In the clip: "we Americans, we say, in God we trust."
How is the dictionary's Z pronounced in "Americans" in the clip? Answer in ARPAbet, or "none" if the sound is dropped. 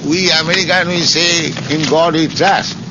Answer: none